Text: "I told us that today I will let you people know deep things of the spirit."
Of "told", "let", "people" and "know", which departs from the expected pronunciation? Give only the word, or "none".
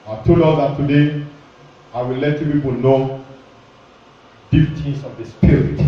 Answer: told